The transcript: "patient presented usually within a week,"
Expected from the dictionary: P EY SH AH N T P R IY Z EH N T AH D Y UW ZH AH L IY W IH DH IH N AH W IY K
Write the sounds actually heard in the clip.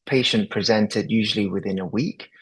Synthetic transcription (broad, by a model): P EY SH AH N P R IY Z EH N T AH D Y UW ZH AH L IY W IH DH IH N AH W IY K